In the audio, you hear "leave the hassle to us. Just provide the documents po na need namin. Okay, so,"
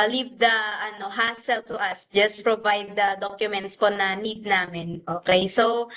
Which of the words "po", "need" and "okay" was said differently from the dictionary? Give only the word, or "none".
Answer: none